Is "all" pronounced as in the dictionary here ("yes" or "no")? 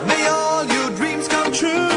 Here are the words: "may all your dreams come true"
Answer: yes